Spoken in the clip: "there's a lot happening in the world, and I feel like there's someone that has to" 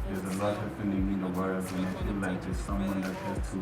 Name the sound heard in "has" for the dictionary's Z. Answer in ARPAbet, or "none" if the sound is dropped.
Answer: S